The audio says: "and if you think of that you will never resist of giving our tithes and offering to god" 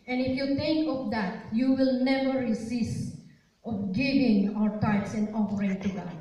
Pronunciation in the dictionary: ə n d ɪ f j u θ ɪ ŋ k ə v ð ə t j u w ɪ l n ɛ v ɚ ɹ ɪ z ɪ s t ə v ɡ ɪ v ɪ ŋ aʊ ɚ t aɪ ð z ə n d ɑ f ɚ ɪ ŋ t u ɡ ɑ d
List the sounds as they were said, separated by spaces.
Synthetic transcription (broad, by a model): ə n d ɪ f j u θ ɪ ŋ k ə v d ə t j u w ɪ l n ɛ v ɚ ɹ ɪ s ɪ s t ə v ɡ ɪ v ɪ ŋ aʊ ɚ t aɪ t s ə n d ɑ f ɚ ɪ ŋ t u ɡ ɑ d